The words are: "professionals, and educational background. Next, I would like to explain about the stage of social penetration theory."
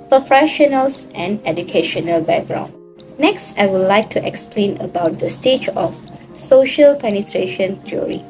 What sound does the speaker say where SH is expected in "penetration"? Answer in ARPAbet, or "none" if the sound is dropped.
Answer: SH